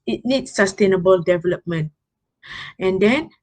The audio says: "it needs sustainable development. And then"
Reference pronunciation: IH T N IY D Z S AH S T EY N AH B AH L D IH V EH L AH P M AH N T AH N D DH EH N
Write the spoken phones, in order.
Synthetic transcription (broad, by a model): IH T N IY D S AH S T EY N AH B AH L D IH V EH L AH P M AH N T AH N D EH N